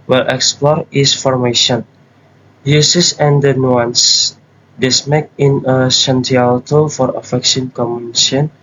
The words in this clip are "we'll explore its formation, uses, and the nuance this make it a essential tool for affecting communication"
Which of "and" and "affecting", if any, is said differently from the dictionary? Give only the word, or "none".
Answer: affecting